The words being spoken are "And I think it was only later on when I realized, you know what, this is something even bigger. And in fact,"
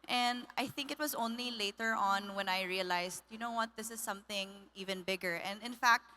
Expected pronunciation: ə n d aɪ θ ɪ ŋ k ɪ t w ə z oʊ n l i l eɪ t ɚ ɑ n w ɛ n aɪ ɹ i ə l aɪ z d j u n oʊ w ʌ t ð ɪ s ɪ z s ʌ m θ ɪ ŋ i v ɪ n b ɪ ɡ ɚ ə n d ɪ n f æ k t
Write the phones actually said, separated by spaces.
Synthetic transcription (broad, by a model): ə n d aɪ θ ɪ ŋ k ɪ t w ə z oʊ n l i l eɪ t ɚ ɑ n w ɛ n aɪ ɹ i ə l aɪ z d j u n oʊ w ʌ t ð ɪ s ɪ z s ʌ m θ ɪ ŋ i v ɪ n b ɪ ɡ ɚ ə n d ɪ n f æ k t